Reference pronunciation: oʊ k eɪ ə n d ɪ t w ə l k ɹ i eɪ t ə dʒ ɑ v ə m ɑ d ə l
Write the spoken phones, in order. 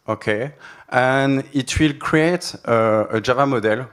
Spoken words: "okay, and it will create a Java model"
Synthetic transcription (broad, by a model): oʊ k eɪ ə n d ɪ t w ə l k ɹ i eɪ t ə dʒ ɑ v ə m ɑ d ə l